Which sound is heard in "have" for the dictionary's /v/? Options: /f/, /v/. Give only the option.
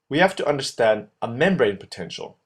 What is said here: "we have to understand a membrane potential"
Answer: /f/